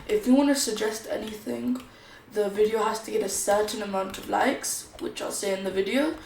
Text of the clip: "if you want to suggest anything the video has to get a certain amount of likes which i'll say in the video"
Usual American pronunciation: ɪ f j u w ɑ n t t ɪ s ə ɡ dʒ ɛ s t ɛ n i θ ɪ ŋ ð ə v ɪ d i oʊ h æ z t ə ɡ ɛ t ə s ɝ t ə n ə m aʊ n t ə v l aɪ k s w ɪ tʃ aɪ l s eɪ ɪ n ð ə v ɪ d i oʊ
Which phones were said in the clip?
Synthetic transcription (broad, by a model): ɪ f j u w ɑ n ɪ s ə ɡ dʒ ɛ s t ɛ n i θ ɪ ŋ ð ə v ɪ d i oʊ h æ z t ə ɡ ɛ t ə s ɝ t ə n ə m aʊ n t ə v l aɪ k s w ɪ tʃ aɪ l s eɪ ɪ n ð ə v ɪ d i oʊ